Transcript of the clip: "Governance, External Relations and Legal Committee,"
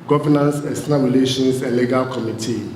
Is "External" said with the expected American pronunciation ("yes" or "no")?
no